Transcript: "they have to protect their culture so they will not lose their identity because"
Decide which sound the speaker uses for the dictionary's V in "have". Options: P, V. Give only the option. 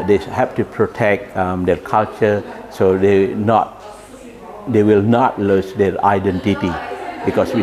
P